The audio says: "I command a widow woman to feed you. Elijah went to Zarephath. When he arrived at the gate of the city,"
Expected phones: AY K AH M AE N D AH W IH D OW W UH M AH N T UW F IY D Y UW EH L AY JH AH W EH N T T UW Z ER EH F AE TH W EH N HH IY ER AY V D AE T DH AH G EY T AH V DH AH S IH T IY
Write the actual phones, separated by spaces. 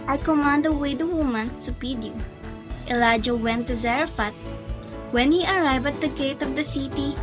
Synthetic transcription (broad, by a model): AY K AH M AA N D AH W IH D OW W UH M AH N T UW P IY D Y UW EH L AY JH AH W EH N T T UW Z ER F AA T W EH N HH IY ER AY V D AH T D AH G EY T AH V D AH S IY T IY